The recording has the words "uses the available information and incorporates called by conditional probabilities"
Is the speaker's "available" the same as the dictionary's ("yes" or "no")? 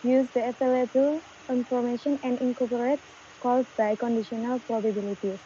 no